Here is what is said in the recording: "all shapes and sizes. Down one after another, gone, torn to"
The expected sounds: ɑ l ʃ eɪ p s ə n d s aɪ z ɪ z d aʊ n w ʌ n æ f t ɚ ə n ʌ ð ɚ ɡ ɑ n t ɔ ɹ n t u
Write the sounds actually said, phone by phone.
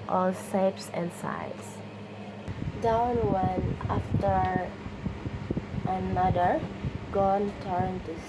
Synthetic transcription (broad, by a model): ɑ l s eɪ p s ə n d s aɪ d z d aʊ n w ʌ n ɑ f t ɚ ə n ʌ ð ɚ ɡ ɑ n t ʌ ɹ n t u